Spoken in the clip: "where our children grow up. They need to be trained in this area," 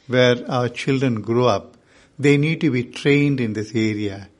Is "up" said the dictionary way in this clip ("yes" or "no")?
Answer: yes